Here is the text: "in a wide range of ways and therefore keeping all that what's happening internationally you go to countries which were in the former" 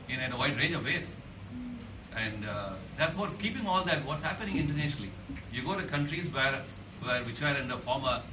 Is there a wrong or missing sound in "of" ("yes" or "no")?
no